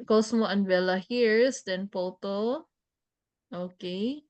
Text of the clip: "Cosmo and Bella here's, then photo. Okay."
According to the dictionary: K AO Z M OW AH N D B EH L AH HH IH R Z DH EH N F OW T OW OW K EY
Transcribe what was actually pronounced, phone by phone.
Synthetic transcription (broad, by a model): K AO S M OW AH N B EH L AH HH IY R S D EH N P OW T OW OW K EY